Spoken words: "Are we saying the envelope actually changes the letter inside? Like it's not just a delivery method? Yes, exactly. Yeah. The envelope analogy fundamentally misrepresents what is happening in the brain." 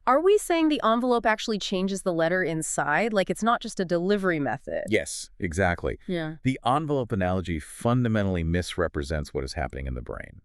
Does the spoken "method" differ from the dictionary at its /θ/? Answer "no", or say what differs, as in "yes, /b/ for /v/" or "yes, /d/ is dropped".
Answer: no